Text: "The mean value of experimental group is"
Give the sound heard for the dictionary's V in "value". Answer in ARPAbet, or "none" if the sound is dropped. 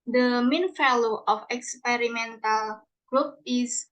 F